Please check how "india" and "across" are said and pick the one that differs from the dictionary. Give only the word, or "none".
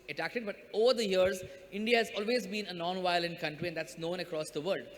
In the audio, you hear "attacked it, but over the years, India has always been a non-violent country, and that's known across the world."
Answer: none